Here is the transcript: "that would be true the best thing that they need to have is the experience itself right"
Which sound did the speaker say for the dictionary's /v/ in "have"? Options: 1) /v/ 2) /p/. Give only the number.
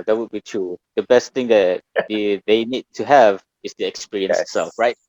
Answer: 1